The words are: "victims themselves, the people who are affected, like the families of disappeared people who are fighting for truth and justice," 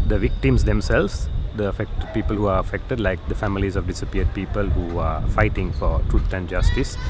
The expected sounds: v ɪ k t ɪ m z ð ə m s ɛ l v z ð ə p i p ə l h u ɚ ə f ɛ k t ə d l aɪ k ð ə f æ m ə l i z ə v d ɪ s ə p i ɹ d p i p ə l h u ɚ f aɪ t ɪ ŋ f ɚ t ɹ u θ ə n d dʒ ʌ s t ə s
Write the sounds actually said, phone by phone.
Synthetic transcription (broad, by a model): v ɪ k t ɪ m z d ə m s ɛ l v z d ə p i p ə l h u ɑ ə f ɛ k t ə d l aɪ k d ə f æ m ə l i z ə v d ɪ s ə p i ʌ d p i p ə l h u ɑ f aɪ t ɪ ŋ f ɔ t ɹ u t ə n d dʒ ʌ s t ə s